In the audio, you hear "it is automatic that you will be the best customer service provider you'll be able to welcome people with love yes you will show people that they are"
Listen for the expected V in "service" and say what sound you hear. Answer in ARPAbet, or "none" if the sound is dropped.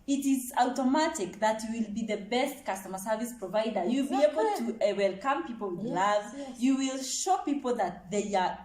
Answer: V